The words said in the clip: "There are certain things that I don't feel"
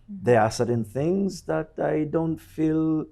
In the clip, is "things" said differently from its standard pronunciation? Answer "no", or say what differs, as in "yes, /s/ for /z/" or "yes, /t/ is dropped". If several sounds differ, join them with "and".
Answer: no